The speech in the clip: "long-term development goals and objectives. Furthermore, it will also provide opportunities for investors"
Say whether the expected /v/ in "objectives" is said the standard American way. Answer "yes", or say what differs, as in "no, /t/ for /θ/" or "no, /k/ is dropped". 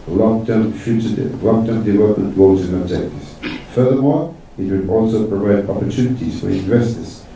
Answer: no, /v/ is dropped